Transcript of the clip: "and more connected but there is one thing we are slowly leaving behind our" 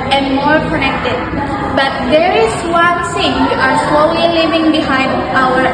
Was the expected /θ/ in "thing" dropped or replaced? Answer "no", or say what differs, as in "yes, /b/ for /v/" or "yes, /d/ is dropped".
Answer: yes, /s/ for /θ/